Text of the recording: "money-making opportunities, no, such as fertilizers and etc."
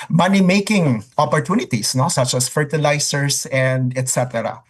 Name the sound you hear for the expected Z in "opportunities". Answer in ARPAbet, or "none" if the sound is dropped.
S